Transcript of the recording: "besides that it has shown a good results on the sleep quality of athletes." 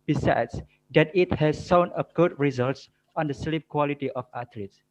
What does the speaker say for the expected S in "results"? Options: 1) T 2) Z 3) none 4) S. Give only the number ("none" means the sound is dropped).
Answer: 4